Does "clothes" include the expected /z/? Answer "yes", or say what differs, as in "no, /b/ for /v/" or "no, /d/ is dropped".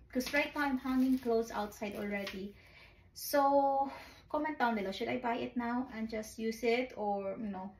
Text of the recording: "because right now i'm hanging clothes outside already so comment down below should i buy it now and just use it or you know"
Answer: no, /s/ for /z/